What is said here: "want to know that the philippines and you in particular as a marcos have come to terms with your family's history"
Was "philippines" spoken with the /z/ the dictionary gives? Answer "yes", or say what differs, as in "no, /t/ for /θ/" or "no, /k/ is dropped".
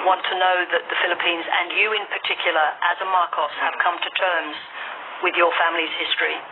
yes